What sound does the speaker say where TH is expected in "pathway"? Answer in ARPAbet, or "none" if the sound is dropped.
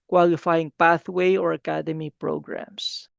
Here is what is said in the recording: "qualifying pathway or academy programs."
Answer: TH